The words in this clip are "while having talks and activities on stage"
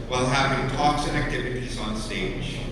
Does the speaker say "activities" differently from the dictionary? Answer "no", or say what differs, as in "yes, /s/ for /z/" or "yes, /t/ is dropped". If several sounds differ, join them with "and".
no